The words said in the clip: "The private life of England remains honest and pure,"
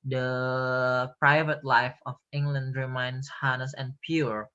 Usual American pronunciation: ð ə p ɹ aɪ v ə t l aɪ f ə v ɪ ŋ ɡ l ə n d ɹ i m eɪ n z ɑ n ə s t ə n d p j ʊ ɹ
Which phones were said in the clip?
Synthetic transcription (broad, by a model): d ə p ɹ aɪ v ə t l aɪ f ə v ɪ ŋ ɡ l ə n d ɹ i m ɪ n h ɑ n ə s ə n p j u ɹ